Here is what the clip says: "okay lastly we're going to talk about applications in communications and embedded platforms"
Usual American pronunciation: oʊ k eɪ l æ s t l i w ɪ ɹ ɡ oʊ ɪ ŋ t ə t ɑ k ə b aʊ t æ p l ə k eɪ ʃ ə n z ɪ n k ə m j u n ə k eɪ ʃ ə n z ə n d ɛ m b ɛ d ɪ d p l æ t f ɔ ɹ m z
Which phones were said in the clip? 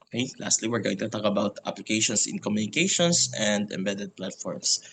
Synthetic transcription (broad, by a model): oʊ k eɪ l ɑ s t l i w ɪ ɹ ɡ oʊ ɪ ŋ t ə t ɑ k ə b aʊ t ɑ p l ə k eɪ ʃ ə n s ɪ n k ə m j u n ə k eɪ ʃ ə n s ə n d ɛ m b ɛ d ɪ d p l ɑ t f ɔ ɹ m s